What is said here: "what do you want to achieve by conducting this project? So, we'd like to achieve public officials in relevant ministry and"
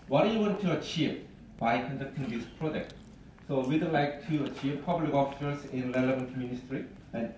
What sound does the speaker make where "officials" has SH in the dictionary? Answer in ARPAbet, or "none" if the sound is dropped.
S